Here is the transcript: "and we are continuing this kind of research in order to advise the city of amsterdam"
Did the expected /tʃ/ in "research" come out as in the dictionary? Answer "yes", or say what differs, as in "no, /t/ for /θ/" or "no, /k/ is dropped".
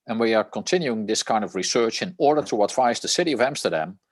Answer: yes